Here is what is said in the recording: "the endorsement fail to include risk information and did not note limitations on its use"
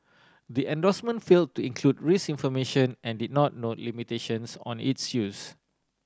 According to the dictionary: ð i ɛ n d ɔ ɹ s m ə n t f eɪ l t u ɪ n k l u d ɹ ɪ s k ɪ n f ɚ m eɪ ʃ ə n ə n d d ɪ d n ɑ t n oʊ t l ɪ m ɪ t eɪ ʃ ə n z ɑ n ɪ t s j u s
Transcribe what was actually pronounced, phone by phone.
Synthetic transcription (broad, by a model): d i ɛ n d ɔ s m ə n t f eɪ l t u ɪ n k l u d ɹ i s ɪ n f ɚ m eɪ ʃ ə n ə n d d ɪ d n ɑ t n oʊ t l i m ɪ t eɪ ʃ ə n s ɑ n ɪ t s j u s